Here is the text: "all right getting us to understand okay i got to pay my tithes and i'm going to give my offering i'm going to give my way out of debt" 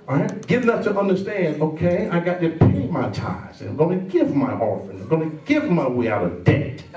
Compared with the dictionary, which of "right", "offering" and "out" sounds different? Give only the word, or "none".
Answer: offering